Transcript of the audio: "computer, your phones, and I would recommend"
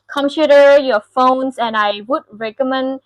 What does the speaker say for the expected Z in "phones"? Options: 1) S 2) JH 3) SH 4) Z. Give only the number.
1